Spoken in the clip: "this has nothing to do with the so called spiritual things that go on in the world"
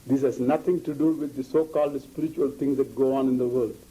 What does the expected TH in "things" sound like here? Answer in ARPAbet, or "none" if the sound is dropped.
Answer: T